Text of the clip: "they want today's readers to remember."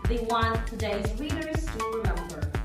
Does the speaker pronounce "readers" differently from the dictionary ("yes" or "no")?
yes